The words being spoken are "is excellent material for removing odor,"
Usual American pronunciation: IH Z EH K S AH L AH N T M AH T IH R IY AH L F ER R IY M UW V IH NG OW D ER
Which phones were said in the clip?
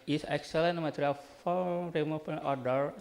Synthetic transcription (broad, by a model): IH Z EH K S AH L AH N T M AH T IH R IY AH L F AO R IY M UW P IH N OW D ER